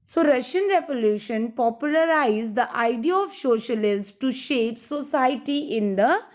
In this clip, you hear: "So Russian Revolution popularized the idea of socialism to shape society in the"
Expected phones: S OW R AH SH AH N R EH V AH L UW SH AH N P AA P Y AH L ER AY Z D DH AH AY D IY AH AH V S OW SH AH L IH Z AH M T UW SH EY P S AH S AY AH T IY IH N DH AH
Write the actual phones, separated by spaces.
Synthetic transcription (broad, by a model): S OW R AH SH AH N R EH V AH L UW SH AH N P AA P Y AH L ER AY Z D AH AY D IY AH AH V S OW SH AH L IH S T UW SH EY P S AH S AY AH T IY IH N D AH